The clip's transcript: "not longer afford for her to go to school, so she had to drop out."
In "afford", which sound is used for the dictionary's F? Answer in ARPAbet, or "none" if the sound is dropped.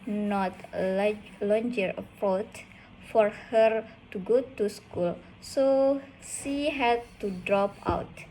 P